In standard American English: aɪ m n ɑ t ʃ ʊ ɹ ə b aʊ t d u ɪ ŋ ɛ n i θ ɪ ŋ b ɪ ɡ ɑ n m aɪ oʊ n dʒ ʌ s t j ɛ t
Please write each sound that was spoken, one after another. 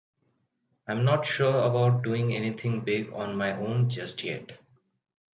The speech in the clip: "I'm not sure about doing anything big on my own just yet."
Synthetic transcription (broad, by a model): aɪ m n ɑ t ʃ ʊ ɹ ə b aʊ t d u ɪ ŋ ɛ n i t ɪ ŋ b ɪ ɡ ɑ n m aɪ oʊ n dʒ ʌ s t j ɛ t